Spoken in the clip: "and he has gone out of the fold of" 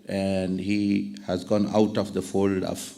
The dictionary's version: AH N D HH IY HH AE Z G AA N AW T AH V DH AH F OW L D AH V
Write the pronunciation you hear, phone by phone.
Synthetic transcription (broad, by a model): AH N D HH IY HH AE Z G AA N AW T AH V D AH F OW L D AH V